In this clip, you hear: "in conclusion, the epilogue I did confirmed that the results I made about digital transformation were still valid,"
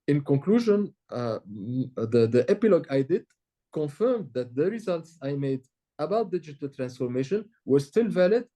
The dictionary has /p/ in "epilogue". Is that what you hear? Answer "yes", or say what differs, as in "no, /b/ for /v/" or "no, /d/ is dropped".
yes